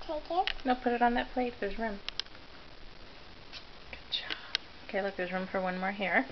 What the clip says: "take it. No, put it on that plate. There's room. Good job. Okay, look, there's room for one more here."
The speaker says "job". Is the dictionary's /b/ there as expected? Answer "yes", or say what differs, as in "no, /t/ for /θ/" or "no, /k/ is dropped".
no, /b/ is dropped